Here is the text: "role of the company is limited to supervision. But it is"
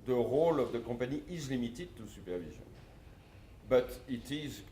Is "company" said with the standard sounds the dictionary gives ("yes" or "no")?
no